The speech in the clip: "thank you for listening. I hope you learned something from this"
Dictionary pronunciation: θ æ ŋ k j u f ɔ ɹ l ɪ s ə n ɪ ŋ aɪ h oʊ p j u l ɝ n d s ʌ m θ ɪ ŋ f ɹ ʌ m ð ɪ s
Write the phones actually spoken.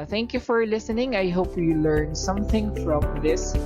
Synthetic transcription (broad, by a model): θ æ ŋ k j u f ɔ ɹ l ɪ s ə n ɪ ŋ aɪ h oʊ p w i l ɝ n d s ʌ m θ ɪ ŋ f ɹ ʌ m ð ɪ s